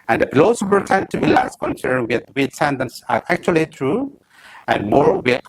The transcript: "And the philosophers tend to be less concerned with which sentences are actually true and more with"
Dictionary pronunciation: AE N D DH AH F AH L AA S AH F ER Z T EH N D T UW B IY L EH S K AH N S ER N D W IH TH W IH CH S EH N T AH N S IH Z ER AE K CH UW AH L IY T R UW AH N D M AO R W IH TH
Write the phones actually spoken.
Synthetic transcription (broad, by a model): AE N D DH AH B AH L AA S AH P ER T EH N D T UW B IY L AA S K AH N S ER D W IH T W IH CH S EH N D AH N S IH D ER AE K CH UW AH L IY T R UW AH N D M AO R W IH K